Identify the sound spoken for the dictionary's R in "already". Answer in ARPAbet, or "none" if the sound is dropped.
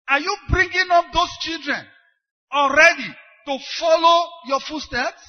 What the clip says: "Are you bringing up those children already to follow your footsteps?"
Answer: R